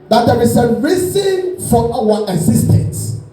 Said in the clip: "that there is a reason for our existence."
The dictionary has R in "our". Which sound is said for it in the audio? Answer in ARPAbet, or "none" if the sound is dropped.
W